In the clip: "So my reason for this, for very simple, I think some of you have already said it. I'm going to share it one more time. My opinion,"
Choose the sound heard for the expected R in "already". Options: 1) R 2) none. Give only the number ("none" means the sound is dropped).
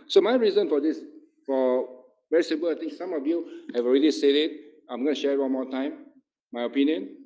1